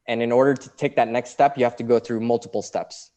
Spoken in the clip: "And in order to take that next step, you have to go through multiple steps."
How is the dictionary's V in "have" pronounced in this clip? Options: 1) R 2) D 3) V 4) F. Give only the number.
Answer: 4